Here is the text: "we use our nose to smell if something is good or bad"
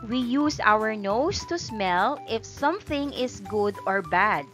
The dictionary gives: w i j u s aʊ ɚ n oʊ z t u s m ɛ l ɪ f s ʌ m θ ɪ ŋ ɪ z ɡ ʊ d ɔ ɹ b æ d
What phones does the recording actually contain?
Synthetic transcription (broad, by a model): w i j u s aʊ ɚ n oʊ s t u s m ɛ l ɪ f s ʌ m θ ɪ ŋ ɪ s ɡ ʊ d ɔ ɹ b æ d